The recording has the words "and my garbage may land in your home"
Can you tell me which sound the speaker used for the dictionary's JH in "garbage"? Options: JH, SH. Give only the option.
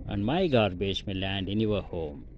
SH